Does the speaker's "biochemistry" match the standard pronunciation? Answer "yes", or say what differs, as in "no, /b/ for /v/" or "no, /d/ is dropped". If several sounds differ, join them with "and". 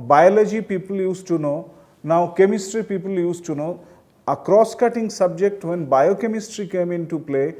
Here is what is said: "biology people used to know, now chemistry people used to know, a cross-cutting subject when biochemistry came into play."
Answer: yes